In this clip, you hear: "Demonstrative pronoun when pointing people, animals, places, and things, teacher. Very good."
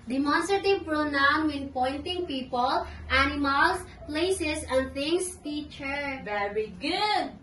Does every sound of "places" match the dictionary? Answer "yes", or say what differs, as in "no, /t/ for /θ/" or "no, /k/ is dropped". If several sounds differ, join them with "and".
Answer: no, /s/ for /z/